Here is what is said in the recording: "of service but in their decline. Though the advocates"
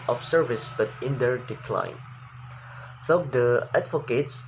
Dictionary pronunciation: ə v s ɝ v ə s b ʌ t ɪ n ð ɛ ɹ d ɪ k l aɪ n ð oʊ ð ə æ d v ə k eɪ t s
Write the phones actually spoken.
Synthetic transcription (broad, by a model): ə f s ɝ v ə s b ʌ t ɪ n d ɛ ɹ d ɪ k l aɪ n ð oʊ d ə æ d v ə k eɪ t s